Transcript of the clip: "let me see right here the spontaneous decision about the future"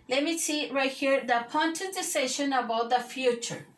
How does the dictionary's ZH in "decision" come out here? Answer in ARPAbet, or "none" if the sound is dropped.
SH